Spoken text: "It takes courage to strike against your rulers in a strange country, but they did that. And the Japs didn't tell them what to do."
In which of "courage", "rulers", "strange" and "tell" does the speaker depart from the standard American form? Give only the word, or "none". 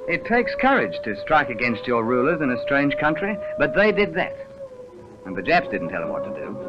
strange